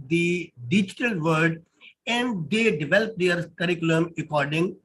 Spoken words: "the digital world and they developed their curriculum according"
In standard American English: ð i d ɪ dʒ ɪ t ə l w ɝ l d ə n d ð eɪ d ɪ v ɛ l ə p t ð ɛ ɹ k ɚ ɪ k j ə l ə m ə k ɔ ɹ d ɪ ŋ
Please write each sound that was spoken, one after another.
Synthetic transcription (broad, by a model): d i d ɪ dʒ ɪ t ə l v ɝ d ə n d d eɪ d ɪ v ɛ l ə p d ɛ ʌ ɹ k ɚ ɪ k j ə l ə m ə k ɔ ɹ d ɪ ŋ